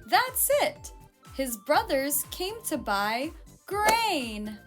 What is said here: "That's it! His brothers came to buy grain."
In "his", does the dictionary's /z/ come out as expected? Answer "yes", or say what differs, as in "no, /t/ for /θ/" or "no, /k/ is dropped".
yes